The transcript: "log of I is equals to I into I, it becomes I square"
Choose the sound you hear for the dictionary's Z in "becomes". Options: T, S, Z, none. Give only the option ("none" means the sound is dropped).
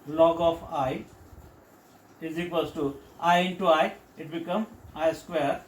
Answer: none